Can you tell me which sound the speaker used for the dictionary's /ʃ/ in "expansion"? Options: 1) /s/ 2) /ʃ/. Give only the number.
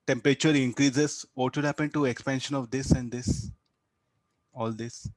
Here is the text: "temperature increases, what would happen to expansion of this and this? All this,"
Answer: 2